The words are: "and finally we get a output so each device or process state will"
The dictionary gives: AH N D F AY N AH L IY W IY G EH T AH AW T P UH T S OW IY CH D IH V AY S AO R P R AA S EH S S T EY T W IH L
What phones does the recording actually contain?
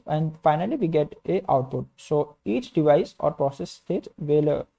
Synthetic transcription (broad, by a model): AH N D F AY N AH L IY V IY G EH T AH AW T P UH T S OW IY CH D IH V AY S AO R P R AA S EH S S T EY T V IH L